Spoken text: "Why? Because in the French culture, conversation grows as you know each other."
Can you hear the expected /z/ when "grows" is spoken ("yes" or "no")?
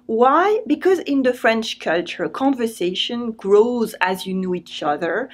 yes